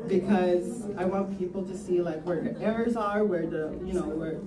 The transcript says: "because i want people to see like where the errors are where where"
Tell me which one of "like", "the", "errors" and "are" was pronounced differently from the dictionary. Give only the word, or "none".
none